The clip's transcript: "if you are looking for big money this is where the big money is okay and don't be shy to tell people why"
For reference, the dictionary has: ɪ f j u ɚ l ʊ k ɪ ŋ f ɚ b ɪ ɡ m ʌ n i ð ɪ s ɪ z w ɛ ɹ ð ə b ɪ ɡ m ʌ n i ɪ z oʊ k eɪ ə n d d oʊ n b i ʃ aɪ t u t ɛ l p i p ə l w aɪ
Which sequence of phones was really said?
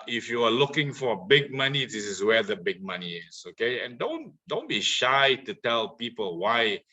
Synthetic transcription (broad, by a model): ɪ f j u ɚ l ʊ k ɪ ŋ f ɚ b ɪ ɡ m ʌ n i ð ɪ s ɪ s w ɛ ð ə b ɪ ɡ m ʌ n i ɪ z oʊ k eɪ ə n d d oʊ n b i ʃ aɪ t u t ɛ l p i p ə l w aɪ